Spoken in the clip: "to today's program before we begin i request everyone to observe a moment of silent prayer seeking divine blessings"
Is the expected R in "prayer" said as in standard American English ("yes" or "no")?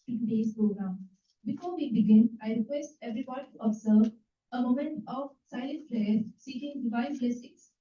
no